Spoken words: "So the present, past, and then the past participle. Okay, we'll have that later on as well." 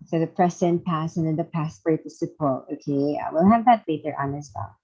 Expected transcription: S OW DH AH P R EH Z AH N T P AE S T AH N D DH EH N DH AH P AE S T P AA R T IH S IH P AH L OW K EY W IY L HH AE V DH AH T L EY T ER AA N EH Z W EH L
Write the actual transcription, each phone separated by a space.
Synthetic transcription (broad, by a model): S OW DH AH P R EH S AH N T P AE S AH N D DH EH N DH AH P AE S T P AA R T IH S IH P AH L OW K EY W IY L HH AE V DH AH T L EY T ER AA N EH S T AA